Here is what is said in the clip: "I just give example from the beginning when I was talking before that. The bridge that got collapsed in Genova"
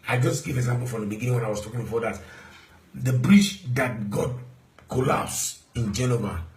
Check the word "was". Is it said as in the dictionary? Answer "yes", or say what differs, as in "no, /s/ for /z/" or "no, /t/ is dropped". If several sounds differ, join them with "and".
no, /s/ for /z/